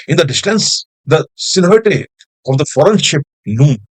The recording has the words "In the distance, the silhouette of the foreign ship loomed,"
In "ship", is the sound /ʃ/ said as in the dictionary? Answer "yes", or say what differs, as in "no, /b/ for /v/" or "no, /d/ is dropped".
yes